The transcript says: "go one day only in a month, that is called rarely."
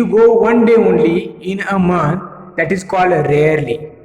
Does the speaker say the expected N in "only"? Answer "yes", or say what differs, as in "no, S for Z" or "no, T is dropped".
yes